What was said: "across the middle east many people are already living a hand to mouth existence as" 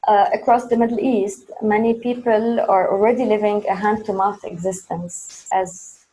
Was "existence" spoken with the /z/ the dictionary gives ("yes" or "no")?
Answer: yes